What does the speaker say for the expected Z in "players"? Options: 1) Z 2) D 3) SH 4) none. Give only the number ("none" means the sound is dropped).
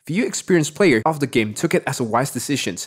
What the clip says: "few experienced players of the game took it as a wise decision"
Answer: 4